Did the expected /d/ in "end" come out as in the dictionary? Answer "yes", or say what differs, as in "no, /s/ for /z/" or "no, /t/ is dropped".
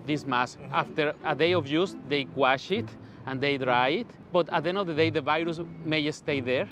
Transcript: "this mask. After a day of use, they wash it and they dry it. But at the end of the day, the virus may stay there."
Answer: no, /d/ is dropped